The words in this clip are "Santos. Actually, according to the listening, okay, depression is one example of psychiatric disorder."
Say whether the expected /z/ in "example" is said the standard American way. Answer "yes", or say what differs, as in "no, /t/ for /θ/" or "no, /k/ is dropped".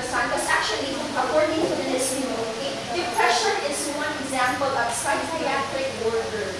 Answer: yes